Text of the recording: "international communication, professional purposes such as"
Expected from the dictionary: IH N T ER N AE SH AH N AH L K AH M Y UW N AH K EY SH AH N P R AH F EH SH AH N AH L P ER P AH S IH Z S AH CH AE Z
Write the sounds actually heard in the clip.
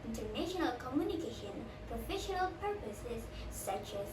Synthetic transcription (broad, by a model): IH N T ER N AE SH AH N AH L K AH M Y UW N AH K EY SH AH N P R AH F EH SH AH N AH L P ER P AH S IH Z S AH CH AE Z